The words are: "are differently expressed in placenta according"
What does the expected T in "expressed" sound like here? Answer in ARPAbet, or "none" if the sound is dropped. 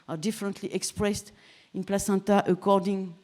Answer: T